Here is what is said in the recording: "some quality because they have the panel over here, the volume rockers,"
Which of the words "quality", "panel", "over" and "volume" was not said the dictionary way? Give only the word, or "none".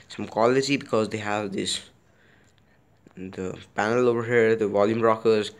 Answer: none